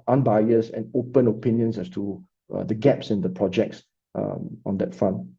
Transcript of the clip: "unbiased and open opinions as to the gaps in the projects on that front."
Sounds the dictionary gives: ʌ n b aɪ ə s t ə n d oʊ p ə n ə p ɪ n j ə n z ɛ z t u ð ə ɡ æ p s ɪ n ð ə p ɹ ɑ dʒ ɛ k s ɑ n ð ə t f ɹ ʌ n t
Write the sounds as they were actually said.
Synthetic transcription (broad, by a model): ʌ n b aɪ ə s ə n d oʊ p ə n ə p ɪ n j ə n s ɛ s t u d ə ɡ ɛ p s ɪ n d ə p ɹ ɑ dʒ ɛ k s ɑ n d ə t f ɹ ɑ n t